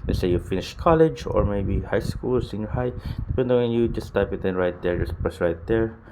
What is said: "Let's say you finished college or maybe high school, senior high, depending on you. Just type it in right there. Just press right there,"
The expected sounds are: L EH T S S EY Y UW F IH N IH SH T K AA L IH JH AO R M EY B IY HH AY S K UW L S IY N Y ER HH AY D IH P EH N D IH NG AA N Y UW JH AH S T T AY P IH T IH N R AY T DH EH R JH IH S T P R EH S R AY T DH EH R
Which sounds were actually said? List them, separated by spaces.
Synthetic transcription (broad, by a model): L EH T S S EY Y UW F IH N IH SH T K AA L IH JH AO R M EY B IY HH AY S K UW L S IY N Y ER HH AY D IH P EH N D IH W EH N Y UW JH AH S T T AY P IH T IH N R AY T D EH R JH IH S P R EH S R AY T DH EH R